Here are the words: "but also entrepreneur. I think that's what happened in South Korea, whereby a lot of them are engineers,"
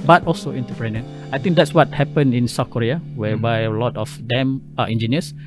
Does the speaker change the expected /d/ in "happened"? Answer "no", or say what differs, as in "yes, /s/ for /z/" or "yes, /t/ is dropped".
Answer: yes, /d/ is dropped